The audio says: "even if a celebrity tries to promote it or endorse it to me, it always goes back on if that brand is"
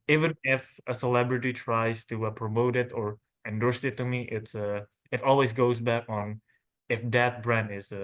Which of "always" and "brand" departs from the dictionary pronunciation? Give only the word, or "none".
none